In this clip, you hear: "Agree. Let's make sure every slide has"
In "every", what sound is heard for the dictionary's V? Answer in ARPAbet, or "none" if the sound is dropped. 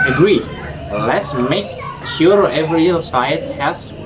V